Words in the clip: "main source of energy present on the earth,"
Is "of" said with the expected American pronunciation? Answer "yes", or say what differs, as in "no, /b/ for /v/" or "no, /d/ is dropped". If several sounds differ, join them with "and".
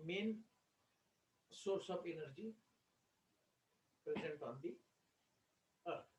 no, /p/ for /v/